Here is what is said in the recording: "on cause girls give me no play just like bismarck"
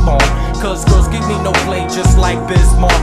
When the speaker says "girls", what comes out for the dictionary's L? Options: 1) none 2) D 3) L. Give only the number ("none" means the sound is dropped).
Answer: 1